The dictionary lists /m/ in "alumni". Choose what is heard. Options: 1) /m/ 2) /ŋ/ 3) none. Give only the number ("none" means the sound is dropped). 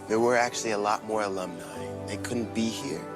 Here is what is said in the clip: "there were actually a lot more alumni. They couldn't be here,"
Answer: 1